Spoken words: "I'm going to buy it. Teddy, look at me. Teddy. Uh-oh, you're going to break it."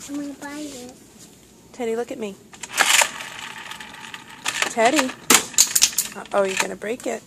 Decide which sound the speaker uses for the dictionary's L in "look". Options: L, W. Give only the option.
L